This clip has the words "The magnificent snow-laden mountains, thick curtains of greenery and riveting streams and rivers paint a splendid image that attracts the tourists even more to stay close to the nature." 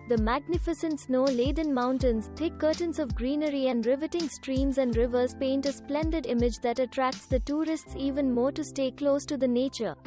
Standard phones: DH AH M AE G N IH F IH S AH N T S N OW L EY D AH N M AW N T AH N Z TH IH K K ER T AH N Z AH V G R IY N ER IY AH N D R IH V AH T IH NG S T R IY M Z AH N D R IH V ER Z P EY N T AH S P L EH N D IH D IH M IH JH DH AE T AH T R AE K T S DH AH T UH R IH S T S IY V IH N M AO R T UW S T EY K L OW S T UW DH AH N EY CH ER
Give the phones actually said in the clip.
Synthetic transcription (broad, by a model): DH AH M AE G N IH F IH S AH N T S N OW L EY D AH N M AW N T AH N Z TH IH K K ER T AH N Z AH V G R IY N ER IY AH N D R IH V AH T IH NG S T R IY M Z AH N D R IH V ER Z P EY N T AH S P L EH N D IH D IH M IH JH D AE T AH T R AE K T S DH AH T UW R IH S T S IY V IH N M AO R T UW S T EY K L OW S T UW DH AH N EY CH ER